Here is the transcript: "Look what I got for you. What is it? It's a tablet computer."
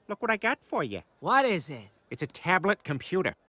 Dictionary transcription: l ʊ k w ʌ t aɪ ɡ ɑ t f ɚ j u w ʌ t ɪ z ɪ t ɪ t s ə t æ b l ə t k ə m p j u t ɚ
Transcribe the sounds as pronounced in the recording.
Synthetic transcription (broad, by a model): l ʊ k w ʌ t aɪ ɡ ɑ t f ɚ j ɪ w ʌ t ɪ z ɪ t ɪ t s ə t æ b l ə t k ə m p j u t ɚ